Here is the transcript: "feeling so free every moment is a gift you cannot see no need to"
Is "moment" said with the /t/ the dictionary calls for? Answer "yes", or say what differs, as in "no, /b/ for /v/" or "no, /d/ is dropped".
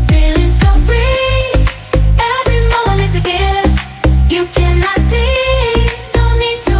no, /t/ is dropped